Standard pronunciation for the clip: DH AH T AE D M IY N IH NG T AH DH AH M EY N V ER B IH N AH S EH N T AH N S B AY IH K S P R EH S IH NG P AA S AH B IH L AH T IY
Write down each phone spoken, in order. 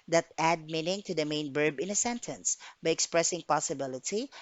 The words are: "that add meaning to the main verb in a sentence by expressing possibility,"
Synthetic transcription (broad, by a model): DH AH T AE D M IY N IH NG T AH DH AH M EY N B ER B IH N AH S EH N T AH N S B AY IH K S P R EH S IH NG P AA S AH B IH L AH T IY